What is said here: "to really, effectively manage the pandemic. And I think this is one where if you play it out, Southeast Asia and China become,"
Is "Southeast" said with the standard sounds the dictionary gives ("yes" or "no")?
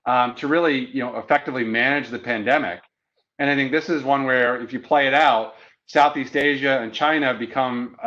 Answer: yes